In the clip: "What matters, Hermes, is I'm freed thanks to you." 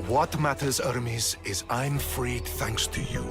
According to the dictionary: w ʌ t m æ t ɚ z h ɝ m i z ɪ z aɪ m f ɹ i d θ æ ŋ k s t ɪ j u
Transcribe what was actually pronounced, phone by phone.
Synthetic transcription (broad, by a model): w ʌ t m æ t ɚ z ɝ m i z ɪ z aɪ m f ɹ i d θ æ ŋ k s t ɪ j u